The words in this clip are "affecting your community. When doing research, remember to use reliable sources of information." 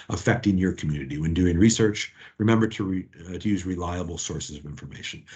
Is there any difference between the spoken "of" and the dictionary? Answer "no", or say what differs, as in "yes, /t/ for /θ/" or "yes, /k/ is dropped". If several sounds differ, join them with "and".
no